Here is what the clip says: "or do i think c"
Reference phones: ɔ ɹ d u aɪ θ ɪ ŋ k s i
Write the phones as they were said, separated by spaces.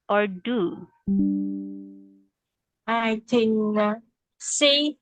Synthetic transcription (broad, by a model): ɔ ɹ d u aɪ t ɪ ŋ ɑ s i